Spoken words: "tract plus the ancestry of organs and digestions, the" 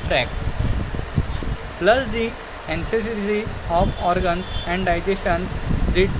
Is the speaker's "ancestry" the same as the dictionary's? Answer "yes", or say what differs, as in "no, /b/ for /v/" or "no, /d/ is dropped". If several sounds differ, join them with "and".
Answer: no, /ɹ/ is dropped